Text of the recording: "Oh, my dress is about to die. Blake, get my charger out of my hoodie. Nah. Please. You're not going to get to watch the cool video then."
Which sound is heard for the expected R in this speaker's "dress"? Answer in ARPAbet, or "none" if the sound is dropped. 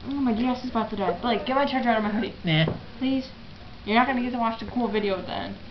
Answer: none